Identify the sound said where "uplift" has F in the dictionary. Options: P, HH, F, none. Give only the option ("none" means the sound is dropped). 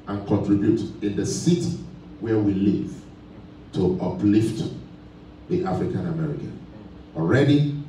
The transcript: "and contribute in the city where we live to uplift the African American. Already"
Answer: F